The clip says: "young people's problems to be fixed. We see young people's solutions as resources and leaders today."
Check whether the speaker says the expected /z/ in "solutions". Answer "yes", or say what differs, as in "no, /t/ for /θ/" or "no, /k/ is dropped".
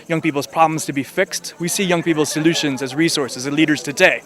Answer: yes